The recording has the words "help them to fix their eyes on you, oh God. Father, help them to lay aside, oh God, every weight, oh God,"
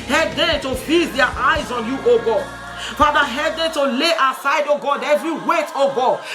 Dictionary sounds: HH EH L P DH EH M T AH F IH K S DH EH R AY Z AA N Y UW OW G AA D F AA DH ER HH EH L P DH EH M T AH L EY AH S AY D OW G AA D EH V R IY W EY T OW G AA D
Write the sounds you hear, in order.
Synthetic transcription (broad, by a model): HH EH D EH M T AH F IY S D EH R AY Z AA N Y UW OW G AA F AA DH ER HH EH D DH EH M T AH L EY AH S AY D OW G AA D EH V R IY W EY T OW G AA